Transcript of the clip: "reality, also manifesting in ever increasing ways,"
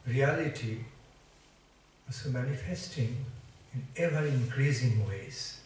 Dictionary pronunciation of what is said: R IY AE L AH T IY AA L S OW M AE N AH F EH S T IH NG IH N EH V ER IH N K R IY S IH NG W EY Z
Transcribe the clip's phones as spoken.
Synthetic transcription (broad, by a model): R IY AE L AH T IY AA S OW M AE N AH F EH S T IH NG IH N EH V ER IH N K R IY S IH NG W EY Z